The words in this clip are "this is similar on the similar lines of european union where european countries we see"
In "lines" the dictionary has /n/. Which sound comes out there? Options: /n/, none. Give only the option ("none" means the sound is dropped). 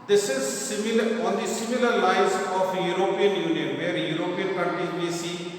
none